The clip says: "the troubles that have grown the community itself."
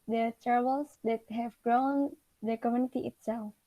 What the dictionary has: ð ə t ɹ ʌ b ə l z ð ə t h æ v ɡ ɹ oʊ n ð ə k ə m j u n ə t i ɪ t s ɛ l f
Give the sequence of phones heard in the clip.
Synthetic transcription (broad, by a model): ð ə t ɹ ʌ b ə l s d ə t h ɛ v ɡ ɹ oʊ n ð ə k ə m j u n ə t i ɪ t s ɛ l f